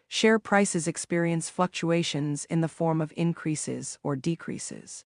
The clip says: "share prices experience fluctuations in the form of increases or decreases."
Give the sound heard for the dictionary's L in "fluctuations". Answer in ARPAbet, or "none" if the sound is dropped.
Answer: L